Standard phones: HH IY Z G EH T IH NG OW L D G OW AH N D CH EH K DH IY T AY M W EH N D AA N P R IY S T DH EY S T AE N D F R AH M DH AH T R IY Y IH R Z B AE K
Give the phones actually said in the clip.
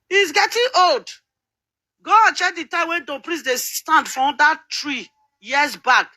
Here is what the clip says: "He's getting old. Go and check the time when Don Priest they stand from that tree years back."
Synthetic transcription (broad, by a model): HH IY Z G EH T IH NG OW L D G OW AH N CH EH K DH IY T AY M W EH D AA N P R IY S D EY S T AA N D F R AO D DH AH T R IY Y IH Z B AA K